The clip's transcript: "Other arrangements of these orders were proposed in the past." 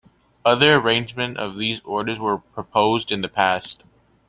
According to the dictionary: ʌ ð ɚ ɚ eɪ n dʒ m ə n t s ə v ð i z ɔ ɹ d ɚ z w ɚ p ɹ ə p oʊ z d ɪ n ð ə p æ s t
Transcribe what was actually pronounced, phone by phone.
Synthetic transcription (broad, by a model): ʌ ð ɚ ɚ eɪ n dʒ m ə n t ə v ð i z ɔ ɹ d ɚ z w ɚ p ɹ ə p oʊ z d ɪ n ð ə p æ s t